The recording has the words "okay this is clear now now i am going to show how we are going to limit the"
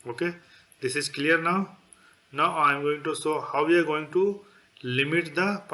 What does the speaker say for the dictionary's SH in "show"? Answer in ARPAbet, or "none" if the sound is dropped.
S